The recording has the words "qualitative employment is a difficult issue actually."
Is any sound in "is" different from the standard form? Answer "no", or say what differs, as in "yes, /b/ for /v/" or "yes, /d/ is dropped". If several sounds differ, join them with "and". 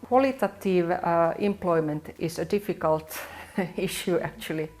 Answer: yes, /s/ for /z/